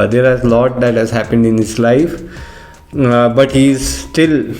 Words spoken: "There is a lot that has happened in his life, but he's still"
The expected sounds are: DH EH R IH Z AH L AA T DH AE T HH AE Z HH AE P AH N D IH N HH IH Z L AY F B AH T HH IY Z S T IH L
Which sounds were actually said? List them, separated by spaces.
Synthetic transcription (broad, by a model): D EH R IH Z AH L AA T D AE T HH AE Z HH AE P AH N D IH N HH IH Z L AY F B AH T HH IY Z S T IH L